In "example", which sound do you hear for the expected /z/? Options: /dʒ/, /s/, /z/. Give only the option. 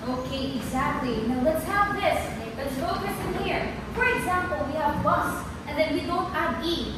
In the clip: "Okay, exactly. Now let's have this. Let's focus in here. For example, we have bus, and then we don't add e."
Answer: /z/